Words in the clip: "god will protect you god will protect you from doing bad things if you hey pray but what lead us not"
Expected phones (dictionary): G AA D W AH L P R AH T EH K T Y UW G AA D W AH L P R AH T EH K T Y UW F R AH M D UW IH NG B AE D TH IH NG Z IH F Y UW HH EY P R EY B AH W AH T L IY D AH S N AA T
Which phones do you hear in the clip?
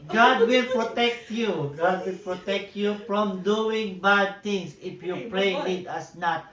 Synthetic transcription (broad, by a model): G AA D W AH L P R AH T EH K T Y UW G AA D W AH L P R AH T EH K T Y UW F R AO M D UW IH NG B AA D T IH NG S IH F Y UW P R EY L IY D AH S N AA T